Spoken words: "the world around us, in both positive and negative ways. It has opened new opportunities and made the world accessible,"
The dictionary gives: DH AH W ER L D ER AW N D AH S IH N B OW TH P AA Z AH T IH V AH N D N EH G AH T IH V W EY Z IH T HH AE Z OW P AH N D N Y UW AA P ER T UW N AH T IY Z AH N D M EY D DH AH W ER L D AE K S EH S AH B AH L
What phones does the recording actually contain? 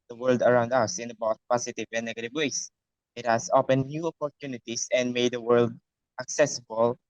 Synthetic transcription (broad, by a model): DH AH W ER L D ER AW N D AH S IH N B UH T P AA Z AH T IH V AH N N EH G AH T IH V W EY S IH T HH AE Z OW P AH N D N Y UW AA P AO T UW N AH T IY S AH N D M EY D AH W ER L D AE K S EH S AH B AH L